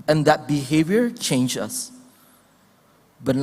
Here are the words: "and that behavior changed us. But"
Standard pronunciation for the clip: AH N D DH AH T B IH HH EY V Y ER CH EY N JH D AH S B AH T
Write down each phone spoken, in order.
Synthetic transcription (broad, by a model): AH N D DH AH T B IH HH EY V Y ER CH EY N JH AH S B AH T